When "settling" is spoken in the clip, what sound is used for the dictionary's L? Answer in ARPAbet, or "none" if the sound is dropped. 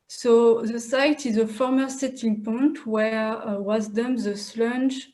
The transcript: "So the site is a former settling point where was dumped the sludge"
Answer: none